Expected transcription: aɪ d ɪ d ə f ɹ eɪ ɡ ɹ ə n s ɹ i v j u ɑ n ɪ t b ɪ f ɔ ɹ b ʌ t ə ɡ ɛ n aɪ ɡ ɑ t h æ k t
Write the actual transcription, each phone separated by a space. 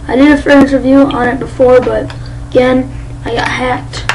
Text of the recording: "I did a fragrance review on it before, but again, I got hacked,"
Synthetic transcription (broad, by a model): aɪ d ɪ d ə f eɪ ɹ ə n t ɹ v j u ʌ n ɪ t b ɪ f ɔ ɹ b ʌ t ə ɡ ɛ n aɪ ɡ ɑ t h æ k t